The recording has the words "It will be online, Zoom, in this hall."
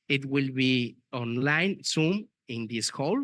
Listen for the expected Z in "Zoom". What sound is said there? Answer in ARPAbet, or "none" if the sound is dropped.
S